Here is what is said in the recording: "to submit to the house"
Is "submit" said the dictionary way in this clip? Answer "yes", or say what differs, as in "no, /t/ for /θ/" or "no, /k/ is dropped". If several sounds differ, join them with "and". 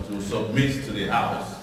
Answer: yes